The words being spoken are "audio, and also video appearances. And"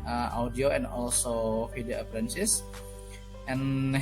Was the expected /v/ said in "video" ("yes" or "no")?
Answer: no